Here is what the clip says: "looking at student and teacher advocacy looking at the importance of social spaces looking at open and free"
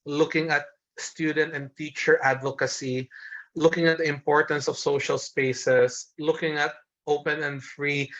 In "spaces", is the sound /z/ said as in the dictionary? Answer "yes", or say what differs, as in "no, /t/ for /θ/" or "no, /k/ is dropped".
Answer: no, /s/ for /z/